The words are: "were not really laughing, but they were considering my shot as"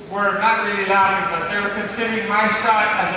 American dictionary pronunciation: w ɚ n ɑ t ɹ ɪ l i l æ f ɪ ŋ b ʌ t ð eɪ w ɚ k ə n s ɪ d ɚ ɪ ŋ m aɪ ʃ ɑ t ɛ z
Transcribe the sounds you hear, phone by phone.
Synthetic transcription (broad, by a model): w ɚ n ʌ t ɹ ɪ l i l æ ɪ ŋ b ʌ t ð eɪ w ɚ k ə n s ɪ d ɚ ɪ ŋ m aɪ s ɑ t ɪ z